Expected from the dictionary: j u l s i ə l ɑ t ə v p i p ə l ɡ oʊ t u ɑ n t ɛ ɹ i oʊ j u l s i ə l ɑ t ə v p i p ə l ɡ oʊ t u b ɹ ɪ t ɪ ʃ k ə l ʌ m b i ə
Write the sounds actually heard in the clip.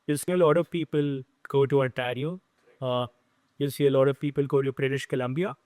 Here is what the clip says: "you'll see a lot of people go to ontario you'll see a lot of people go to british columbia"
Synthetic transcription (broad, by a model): j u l s i ə l ɑ t ə v p i p ə l ɡ oʊ t u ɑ t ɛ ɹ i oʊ j u l s i ə l ɑ t ə v p i p ə l ɡ oʊ t u b ɹ ɪ t ɪ ʃ k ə l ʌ m b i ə